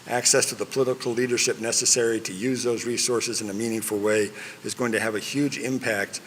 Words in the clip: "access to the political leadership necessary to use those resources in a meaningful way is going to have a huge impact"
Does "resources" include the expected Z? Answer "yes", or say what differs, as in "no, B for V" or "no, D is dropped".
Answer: yes